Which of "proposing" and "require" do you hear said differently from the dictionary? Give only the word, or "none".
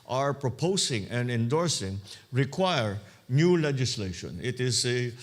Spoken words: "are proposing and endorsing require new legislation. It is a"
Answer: proposing